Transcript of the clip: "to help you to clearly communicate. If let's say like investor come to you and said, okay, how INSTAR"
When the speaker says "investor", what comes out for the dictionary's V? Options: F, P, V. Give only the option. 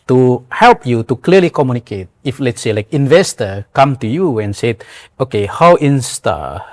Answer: V